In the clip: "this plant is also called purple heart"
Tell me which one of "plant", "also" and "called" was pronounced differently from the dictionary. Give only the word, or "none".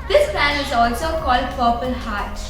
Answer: plant